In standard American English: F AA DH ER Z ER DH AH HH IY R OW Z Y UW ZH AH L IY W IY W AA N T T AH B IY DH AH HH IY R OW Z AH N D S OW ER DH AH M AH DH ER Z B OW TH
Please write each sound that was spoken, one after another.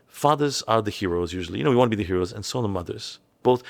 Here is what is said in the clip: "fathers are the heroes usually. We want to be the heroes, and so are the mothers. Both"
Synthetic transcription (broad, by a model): F AA DH ER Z ER DH AH HH IY R OW Z Y UW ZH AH N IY W IY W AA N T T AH B IY DH AH HH IY R OW Z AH N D S OW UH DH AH M AH DH ER Z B OW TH